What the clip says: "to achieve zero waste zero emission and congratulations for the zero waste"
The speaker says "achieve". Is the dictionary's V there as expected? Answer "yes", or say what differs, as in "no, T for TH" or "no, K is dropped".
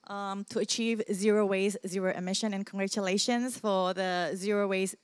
yes